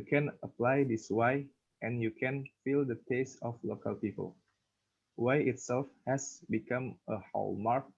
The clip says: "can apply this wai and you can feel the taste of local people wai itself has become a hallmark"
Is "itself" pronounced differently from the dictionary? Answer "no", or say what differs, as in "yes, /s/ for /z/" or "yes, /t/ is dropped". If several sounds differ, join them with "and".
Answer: no